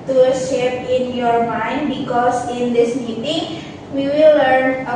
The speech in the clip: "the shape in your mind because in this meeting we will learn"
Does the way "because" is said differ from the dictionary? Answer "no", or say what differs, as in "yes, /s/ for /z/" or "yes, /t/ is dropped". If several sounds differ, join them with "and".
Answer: yes, /s/ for /z/